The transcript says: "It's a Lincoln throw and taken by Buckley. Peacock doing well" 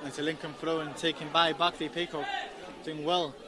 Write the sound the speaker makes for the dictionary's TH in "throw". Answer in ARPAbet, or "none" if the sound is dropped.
F